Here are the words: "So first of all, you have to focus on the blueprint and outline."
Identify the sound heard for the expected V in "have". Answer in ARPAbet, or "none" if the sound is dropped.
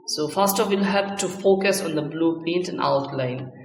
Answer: P